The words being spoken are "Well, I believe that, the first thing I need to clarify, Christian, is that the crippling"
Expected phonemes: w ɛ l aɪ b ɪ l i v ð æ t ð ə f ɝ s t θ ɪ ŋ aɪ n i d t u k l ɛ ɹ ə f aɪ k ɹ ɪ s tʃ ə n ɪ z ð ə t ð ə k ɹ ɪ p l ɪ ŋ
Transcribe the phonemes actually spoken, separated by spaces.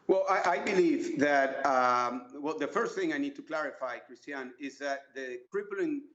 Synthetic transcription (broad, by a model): w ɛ l aɪ b ɪ l i v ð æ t ð ə f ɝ s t θ ɪ ŋ aɪ n i d t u k l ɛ ɹ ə f aɪ k ɹ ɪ s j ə n ɪ z ð ə t ð ə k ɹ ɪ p l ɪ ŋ